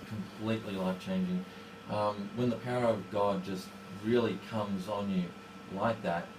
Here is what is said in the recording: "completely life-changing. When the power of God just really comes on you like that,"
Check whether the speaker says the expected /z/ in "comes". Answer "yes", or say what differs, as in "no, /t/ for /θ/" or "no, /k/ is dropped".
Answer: yes